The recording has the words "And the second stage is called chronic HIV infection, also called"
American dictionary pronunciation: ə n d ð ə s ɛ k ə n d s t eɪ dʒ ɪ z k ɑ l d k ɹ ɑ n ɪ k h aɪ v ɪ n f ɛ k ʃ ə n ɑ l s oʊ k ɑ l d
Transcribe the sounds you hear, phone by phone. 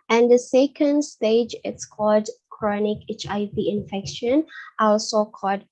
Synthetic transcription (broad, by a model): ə n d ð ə s ɛ k ə n d s t eɪ dʒ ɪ s k ɑ l d k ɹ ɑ n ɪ k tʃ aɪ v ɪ n f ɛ k ʃ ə n ɑ l s oʊ k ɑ l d